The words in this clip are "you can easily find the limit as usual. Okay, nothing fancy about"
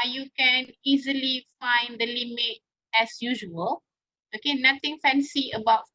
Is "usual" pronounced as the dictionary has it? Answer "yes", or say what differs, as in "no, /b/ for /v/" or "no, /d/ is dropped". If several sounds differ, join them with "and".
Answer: yes